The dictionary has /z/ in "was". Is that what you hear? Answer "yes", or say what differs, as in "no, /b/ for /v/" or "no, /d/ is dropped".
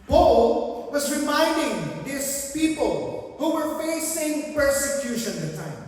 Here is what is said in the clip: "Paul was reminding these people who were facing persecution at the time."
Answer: yes